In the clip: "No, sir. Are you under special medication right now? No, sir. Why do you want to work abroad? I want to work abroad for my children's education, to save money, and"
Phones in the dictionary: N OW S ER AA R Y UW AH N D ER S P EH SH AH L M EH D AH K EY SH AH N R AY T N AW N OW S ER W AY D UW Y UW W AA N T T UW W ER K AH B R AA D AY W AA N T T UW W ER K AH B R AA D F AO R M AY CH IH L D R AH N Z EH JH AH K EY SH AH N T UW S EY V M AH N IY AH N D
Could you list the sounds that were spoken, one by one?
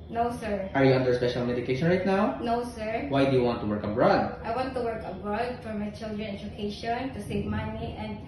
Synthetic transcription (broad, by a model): N OW S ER AA R Y UW AH N D ER S P EH SH AH L M EH D AH K EY SH AH N R AY T N AW N OW S ER W AY D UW Y UW W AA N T T UW W ER K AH B R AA D AY W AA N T T UW W ER K AH B R AA D F AO R M AY CH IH L D R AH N EH JH AH K EY SH AH N T UW S EY V M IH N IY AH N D